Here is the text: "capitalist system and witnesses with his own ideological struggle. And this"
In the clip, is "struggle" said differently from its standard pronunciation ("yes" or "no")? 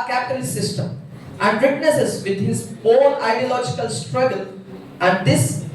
no